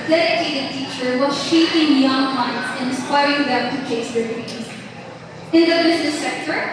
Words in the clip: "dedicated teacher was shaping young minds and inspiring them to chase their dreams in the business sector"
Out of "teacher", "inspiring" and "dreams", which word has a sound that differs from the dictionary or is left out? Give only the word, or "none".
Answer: dreams